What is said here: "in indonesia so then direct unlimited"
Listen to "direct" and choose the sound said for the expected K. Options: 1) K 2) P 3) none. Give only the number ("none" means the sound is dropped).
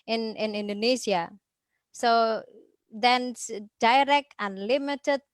1